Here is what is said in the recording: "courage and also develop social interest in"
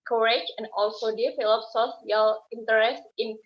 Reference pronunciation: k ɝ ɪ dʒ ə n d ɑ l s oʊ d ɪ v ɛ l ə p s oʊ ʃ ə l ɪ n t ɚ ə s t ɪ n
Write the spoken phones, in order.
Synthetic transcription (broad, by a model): k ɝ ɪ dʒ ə n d ɑ l s oʊ d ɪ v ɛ l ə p s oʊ s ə l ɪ n t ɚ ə s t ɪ n